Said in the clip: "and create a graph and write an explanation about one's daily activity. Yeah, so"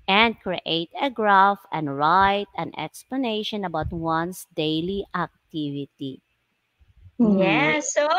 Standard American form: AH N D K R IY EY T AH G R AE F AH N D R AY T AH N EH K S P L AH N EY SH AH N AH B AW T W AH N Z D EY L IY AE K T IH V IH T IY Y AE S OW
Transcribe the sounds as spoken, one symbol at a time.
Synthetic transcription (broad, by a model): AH N D K R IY EY T AH G R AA F AH N D R AY T AH N EH K S P L AH N EY SH AH N AH B AW T W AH N S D EY L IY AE K T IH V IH T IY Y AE S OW